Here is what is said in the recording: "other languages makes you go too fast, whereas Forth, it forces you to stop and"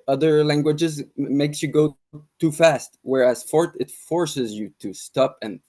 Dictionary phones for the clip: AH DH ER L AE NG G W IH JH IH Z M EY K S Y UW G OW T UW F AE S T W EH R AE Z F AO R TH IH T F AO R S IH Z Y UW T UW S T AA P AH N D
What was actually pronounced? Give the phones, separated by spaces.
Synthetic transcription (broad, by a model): AH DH ER L AE NG G W IH JH IH Z M EY K S Y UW G OW T UW F AE S T W EH R AE Z F AO R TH IH T F AO R S IH Z Y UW T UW S T AA P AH N